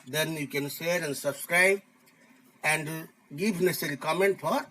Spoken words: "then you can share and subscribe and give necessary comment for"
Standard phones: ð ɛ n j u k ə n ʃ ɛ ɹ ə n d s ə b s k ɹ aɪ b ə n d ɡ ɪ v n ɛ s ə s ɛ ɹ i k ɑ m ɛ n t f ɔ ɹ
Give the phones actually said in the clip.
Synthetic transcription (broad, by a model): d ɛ n j u k ə n ʃ ɛ ɹ ə n d s ə b s k ɹ aɪ b ə n d ɡ ɪ v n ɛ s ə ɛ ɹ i k ɑ m ɛ n t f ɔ ɹ